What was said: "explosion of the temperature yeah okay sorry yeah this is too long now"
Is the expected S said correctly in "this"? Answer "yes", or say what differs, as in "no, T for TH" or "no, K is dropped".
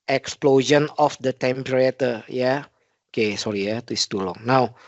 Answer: no, S is dropped